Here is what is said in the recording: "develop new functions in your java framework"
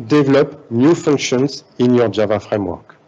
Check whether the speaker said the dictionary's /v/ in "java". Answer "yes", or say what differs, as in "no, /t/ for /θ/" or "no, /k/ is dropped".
yes